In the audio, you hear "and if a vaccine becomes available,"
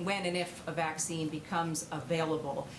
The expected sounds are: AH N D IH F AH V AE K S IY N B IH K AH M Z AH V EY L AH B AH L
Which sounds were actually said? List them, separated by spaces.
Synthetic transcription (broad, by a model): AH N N IH F AH V AE K S IY N B IH K AH M Z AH V EY L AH B L